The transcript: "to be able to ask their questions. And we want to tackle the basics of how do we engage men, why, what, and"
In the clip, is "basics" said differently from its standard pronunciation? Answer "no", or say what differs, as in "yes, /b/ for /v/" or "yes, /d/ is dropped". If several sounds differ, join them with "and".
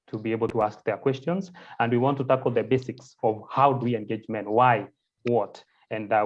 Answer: no